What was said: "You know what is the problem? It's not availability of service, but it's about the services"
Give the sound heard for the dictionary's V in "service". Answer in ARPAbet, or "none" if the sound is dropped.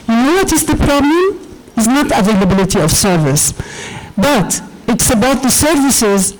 V